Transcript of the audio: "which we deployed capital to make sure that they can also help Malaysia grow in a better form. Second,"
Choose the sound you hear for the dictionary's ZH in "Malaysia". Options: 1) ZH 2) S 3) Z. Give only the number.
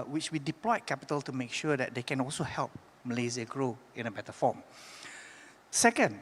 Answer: 3